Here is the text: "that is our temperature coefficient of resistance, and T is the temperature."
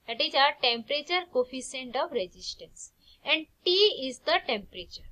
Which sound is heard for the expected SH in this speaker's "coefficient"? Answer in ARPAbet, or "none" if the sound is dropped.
S